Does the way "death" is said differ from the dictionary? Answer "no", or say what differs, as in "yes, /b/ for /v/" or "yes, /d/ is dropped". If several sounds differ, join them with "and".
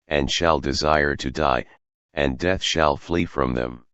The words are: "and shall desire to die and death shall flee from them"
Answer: no